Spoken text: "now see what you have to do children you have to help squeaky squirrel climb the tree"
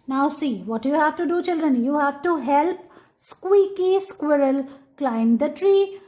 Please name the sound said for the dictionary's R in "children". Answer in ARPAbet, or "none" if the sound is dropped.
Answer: R